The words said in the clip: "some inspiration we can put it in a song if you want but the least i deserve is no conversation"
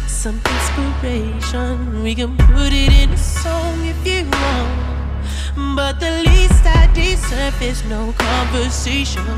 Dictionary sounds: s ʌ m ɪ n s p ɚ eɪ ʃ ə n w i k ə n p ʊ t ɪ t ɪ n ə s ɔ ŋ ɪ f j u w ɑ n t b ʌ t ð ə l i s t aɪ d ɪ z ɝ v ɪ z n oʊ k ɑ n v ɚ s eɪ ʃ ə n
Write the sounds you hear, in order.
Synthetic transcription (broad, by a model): s ʌ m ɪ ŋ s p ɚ eɪ ʃ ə n w i k ə n p ʊ t ɪ t ɪ n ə s ɔ ŋ ɪ f j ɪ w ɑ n b ʌ t ð ə l i s t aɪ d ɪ s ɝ f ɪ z n oʊ k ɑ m v ɚ s eɪ ʃ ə n